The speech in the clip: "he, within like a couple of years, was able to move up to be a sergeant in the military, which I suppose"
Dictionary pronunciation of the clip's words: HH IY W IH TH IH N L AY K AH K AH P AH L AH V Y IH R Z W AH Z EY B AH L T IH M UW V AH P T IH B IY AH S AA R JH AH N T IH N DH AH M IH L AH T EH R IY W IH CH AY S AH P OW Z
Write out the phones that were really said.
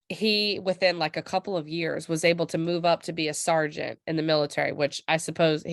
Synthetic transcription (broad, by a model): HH IY W IH TH IH N L AY K AH K AH P L AH V Y IH R Z W AH Z EY B L T IH M UW V AH P T IH B IY AH S AA R JH AH N T IH N DH AH M IH L AH T EH R IY W IH CH AY S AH P OW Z